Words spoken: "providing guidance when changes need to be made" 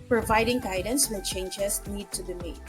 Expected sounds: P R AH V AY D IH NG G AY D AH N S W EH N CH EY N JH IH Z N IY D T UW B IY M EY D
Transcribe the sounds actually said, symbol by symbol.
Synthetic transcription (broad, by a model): P R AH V AY D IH NG G AY D AH N S W EH N CH EY N JH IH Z N IY D T UW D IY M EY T